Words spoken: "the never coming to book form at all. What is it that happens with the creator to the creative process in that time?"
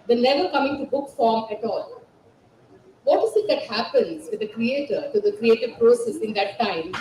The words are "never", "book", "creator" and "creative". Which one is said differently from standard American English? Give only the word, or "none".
never